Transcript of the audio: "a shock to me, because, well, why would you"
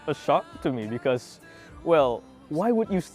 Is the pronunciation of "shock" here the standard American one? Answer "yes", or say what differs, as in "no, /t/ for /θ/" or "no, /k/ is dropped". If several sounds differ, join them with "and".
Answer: yes